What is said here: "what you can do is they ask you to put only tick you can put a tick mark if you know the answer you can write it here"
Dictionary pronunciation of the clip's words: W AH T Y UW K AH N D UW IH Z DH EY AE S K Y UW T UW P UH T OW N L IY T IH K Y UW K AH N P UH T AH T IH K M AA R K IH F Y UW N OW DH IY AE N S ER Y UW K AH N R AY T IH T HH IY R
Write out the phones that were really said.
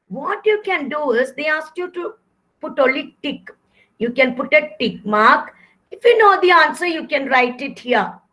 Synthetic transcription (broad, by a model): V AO T Y UW K AH N D UW IH Z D EY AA S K Y UW T UW P UH T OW L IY T IH K Y UW K AH N P UH T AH T IH K M AA R K IH F Y UW N OW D IY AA N S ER Y UW K AH N R AY T IH T HH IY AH